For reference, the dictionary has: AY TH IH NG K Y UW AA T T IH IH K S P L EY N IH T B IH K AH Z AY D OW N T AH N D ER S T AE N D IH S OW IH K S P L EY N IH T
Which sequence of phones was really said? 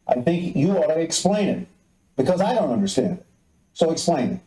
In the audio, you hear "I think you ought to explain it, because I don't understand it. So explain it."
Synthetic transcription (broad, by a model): AY TH IH NG K Y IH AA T T IH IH K S P L EY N IH T B IH K AH Z AY D OW N T AH N D ER S T AE N D S OW IH K S P L EY N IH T